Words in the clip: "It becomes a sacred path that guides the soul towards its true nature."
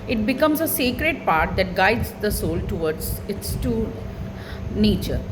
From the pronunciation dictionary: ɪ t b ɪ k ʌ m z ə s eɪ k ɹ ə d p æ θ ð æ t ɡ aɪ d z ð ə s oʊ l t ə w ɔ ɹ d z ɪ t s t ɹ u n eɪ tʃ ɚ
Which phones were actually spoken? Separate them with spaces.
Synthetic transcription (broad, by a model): ɪ t b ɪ k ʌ m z ə s eɪ k ɹ ə d p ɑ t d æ t ɡ aɪ d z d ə s oʊ l t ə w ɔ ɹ d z ɪ t s t u n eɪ tʃ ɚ